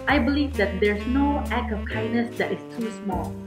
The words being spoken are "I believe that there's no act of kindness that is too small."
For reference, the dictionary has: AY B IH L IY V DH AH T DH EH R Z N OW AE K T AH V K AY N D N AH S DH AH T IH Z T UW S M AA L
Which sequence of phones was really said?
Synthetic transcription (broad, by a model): AY B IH L IY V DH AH T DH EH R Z N OW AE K AH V K AY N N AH S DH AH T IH S T UW S M AA L